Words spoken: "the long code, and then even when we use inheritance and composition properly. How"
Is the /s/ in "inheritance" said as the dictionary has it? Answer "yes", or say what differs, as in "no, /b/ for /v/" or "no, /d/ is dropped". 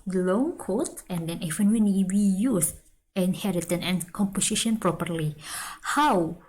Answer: no, /s/ is dropped